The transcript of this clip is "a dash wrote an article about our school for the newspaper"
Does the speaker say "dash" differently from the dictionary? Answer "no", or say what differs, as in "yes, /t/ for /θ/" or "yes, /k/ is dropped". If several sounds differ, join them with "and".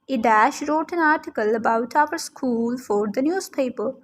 no